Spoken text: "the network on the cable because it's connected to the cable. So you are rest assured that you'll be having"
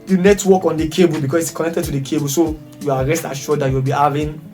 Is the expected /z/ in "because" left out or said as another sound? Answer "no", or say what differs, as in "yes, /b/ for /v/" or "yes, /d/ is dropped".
yes, /s/ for /z/